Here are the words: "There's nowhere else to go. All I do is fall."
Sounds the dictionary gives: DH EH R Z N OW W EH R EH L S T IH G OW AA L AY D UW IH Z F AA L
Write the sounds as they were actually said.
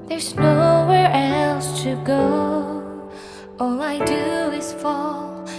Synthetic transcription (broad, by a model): DH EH R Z N OW W EH R EH L S T IH G OW AA L AY D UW IH Z F AA L